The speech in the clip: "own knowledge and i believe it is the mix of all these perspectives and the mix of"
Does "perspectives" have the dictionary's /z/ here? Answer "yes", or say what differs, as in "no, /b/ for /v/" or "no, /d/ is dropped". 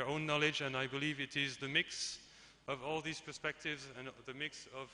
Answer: yes